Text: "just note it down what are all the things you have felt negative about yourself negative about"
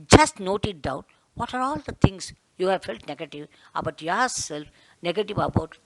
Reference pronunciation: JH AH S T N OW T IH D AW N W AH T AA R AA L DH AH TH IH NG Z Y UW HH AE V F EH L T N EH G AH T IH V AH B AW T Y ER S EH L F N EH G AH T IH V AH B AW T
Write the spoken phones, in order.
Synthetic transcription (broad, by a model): JH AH S T N OW T IH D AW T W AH T AA R AA L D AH T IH NG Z Y UW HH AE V F EH L T N EH G AH T IH V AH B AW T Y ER S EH L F N EH G AH T IH V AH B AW T